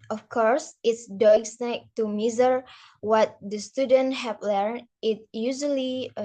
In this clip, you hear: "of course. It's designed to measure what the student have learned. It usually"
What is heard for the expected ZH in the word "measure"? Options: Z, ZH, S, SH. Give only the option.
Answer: Z